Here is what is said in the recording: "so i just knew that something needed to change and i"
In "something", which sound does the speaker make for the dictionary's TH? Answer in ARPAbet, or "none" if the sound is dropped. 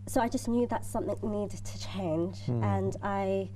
TH